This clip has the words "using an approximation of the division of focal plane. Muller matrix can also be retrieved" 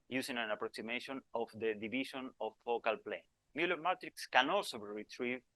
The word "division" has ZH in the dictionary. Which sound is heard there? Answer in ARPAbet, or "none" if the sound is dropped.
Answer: SH